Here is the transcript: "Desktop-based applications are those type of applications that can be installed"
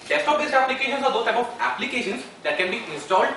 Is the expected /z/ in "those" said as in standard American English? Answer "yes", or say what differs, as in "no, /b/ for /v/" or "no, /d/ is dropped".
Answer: no, /z/ is dropped